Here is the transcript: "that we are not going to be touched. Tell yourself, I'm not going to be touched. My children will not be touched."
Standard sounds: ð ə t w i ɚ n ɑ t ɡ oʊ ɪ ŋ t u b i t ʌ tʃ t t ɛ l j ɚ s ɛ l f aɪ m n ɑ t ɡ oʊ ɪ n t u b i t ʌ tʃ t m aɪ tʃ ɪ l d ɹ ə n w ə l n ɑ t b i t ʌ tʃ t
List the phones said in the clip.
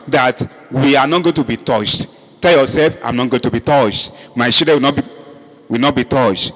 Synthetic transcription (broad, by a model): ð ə t w i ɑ n ɑ t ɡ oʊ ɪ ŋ t u b i t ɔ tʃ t t ɛ l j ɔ s ɛ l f aɪ m n ɑ t ɡ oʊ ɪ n t u b i t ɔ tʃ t m aɪ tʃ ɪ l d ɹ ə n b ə w n ɑ t b i t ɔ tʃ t